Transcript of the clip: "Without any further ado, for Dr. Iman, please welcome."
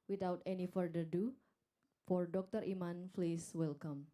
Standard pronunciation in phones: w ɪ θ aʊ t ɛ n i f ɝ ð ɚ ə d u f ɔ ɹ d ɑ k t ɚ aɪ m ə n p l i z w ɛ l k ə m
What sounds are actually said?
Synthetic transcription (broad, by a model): w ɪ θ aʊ t ɛ n i f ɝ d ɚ d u f ɔ ɹ d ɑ k t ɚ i m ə n f l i s w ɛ l k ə m